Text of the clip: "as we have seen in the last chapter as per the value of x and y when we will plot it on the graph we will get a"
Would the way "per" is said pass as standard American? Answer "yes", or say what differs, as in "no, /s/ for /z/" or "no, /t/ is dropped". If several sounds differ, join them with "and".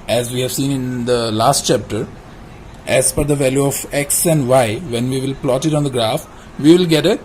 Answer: no, /f/ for /p/